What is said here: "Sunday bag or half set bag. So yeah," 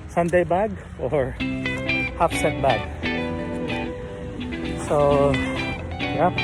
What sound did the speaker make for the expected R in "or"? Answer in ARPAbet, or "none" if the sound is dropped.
R